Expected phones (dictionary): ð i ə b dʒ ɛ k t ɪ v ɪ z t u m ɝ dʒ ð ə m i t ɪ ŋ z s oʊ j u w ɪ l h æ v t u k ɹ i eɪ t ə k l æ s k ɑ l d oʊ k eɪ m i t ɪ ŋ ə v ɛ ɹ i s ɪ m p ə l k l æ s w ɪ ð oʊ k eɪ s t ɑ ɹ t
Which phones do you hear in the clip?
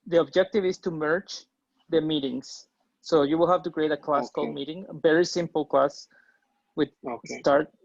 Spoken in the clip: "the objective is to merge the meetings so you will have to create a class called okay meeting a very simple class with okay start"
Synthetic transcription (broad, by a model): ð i ə b dʒ ɛ k t ɪ v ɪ s t u m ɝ tʃ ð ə m i t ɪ ŋ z s oʊ j u w ɪ l h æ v t u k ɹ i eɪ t ə k l æ s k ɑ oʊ m i t ɪ ŋ ə v ɛ ɹ i s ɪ m p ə l k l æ s w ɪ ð s t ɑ ɹ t